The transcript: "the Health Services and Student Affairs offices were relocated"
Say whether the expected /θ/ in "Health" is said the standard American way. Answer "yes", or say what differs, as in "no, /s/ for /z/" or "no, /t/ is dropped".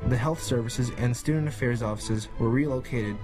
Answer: yes